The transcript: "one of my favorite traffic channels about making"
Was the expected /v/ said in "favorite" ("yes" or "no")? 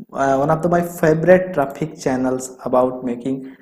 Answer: no